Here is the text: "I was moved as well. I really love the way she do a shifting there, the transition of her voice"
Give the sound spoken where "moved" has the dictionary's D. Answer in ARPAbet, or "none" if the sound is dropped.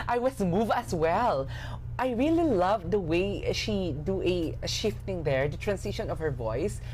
none